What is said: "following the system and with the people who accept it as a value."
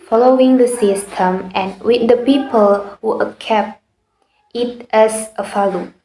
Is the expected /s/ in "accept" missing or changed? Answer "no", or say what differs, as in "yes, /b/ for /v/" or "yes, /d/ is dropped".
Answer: yes, /s/ is dropped